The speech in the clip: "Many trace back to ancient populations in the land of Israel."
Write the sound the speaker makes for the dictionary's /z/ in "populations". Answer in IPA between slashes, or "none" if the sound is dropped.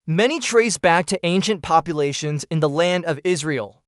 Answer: /z/